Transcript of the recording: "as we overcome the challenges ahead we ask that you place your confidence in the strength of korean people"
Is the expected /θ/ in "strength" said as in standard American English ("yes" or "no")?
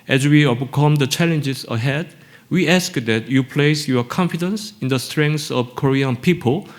no